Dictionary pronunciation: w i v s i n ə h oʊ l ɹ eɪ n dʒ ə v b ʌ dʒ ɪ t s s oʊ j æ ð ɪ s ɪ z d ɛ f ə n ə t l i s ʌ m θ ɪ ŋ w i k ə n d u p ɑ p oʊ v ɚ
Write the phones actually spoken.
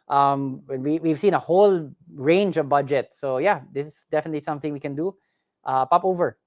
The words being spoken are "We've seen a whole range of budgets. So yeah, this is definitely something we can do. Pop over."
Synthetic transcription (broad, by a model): w i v s i n ə h oʊ l ɹ eɪ n dʒ ə v b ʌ dʒ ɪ t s s oʊ j æ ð ɪ s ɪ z d ɛ f ə n ə t l i s ʌ m θ ɪ ŋ w i k ə n d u p ɑ p oʊ v ɚ